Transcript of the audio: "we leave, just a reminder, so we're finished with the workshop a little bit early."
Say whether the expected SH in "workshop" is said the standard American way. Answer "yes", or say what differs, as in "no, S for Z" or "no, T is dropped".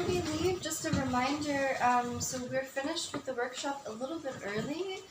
yes